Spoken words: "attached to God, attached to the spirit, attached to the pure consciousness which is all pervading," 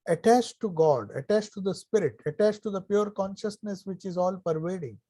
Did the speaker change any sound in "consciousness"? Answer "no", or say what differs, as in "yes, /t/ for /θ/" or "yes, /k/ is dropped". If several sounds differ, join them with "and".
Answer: no